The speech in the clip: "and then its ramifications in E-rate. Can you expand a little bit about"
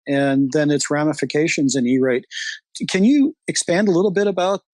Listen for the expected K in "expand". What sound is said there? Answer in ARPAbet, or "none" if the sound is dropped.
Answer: K